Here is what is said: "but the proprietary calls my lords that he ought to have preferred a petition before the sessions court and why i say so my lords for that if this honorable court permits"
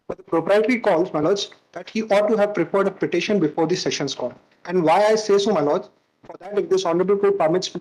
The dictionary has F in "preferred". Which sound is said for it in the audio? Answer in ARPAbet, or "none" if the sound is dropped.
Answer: P